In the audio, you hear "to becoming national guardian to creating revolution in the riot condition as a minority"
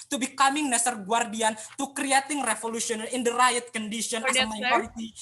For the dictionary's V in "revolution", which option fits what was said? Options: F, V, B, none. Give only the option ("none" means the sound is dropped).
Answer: F